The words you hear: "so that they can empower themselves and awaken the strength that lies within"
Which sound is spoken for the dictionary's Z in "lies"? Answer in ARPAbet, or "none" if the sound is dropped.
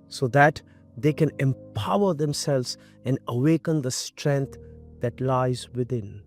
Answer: Z